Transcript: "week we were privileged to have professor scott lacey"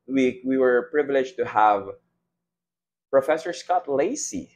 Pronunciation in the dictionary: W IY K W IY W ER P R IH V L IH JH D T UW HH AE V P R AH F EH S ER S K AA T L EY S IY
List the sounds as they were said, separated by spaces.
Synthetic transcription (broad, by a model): W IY W IY W ER P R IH V L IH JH T UW HH AE V P R AH F EH S ER S K AA T L EY S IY